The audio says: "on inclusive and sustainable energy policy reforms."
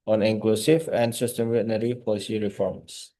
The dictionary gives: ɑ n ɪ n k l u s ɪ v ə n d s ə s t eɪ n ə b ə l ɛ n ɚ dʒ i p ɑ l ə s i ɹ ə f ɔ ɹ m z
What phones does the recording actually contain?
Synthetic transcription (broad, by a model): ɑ n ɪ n k l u s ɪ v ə n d s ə s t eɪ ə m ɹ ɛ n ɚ i p ɑ l ə s i ɹ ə f ɔ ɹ m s